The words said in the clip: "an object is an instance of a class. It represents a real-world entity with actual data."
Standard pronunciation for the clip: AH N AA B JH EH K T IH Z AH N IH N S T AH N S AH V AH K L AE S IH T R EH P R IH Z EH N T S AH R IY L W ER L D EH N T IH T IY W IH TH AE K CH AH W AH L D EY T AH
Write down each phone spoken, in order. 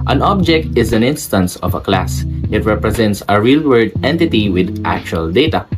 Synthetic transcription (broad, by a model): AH N AA B JH EH K T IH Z AH N IH N S T AH N S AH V AH K L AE S IH T R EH P R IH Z EH N T S AH R IY L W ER D EH N T IH T IY W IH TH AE K CH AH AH L D EY T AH